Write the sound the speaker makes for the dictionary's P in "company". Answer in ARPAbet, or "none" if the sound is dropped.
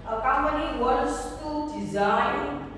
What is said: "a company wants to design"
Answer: none